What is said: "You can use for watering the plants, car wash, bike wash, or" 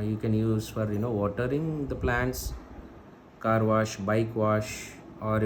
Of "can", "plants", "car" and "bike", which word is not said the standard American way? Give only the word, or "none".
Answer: none